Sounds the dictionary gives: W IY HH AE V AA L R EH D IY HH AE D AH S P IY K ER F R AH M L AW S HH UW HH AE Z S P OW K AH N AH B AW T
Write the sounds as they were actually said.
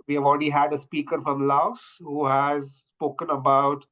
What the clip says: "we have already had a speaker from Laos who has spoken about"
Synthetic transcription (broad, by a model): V IY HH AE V AA L R EH D IY HH AE D AH S P IY K ER F R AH M L AW S HH UW HH AE Z S P OW K AH N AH B AW T